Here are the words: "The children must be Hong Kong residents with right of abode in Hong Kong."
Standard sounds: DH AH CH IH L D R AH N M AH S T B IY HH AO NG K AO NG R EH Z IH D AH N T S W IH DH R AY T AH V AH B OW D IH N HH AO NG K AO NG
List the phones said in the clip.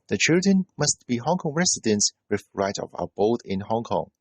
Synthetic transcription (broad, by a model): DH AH CH IH L D R AH N M AH S T B IY HH AO NG K AO NG R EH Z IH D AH N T S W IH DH R AY T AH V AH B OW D IH N HH AO NG K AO NG